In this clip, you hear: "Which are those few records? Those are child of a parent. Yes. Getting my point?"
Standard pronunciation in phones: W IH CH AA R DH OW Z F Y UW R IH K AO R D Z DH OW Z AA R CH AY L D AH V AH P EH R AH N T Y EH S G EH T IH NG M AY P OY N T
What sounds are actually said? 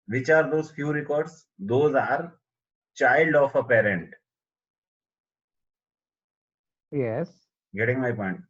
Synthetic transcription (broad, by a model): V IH CH AA R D OW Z F Y UW R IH K AO R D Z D OW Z AA R CH AY L D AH F AH P EH R AH N T Y EH S G EH T IH NG M AY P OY N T